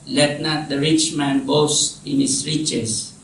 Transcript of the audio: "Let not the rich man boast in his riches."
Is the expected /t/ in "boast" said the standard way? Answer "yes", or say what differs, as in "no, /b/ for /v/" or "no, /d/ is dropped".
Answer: no, /t/ is dropped